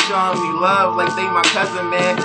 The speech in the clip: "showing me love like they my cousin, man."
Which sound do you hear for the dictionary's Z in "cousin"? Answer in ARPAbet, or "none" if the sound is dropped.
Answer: Z